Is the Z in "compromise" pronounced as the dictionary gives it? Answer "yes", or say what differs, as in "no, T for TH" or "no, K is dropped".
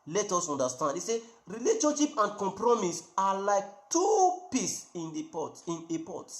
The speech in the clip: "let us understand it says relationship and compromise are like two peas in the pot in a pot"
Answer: no, S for Z